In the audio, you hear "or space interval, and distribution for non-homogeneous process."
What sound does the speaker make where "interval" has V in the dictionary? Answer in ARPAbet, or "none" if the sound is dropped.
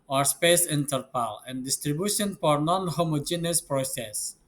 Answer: P